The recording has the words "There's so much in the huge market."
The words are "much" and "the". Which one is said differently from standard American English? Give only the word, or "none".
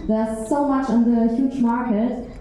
none